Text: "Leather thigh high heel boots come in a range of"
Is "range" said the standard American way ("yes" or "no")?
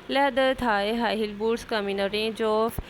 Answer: no